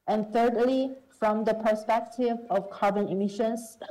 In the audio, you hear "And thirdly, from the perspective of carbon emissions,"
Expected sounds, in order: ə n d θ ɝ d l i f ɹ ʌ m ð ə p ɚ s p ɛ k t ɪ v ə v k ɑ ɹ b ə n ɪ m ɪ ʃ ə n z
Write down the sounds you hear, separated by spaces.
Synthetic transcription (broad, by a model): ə n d θ ɝ d l i f ɹ ʌ m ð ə p ɚ s p ɛ k t ɪ v ə v k ɑ ɹ b ə n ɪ m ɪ ʃ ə n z